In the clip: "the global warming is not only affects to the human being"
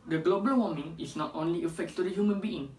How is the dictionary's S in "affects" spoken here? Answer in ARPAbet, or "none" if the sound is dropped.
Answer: none